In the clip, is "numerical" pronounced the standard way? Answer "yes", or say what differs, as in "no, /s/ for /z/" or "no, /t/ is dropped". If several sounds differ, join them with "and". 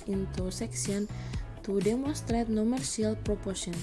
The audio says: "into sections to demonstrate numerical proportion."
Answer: no, /k/ is dropped